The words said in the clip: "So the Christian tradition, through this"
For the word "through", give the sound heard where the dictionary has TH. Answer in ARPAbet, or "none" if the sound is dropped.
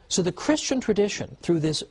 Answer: TH